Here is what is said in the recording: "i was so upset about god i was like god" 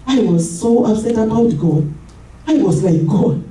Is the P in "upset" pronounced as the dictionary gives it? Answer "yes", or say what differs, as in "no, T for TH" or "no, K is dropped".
no, P is dropped